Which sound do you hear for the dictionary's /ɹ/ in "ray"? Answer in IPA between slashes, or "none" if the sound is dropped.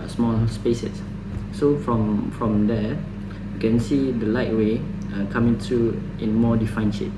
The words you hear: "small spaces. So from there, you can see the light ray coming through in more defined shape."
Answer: /w/